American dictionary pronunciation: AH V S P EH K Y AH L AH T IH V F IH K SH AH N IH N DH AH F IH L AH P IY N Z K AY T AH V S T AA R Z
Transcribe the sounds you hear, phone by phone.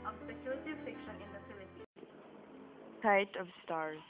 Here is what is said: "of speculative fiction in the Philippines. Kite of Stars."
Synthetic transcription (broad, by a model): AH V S EH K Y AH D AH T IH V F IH K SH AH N IH N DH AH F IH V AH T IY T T AY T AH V S T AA R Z